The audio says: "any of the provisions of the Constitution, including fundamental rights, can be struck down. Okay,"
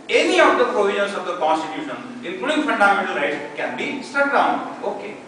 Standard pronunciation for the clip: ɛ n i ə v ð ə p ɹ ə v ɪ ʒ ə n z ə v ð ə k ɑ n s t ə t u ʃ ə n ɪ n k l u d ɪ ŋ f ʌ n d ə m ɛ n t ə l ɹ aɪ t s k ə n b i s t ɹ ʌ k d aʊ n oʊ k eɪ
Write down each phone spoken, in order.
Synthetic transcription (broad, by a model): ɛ n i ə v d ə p ɹ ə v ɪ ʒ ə n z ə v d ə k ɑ n s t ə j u ʃ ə n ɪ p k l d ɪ f ʌ n d ə m ɛ n t ə l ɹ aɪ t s k ə n b i s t ʌ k d aʊ n oʊ k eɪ